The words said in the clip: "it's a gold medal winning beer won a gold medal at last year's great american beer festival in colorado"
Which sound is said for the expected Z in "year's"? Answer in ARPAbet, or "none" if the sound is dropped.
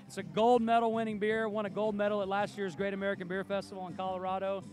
Z